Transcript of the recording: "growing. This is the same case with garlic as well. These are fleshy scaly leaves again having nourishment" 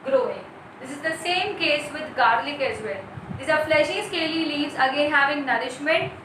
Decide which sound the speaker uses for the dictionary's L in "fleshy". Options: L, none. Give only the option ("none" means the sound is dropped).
L